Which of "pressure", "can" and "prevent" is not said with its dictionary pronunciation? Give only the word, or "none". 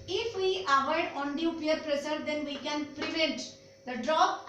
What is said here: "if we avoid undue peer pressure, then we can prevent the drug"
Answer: pressure